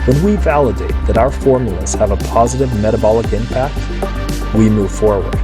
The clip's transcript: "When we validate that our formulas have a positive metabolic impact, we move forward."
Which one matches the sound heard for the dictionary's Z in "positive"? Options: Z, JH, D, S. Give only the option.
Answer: Z